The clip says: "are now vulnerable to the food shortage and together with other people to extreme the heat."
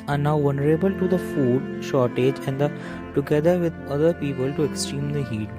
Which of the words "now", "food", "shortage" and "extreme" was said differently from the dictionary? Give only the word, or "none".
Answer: none